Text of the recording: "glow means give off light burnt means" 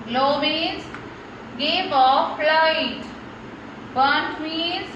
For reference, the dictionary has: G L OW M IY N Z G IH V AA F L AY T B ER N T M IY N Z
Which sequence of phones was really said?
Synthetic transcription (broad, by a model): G L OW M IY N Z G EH P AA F L AY T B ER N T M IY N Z